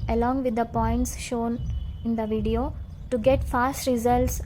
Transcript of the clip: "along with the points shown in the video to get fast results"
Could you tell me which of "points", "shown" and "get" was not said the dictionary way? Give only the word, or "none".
none